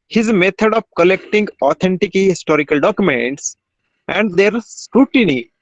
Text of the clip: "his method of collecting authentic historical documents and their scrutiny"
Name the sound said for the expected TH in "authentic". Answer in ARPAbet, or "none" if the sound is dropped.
T